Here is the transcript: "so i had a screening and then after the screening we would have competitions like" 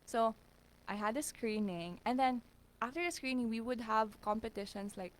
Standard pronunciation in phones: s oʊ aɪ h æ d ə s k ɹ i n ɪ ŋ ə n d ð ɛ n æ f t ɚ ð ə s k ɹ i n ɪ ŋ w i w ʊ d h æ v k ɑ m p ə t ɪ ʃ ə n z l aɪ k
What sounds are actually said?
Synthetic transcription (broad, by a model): s oʊ aɪ h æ d ə s k ɹ i n ɪ ŋ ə n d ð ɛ n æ f t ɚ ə s k ɹ i n ɪ ŋ w i w ʊ d h æ v k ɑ m p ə t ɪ ʃ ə n s l aɪ k